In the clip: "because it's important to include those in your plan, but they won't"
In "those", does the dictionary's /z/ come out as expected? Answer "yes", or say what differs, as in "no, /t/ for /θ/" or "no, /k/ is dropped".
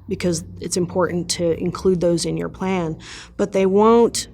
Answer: yes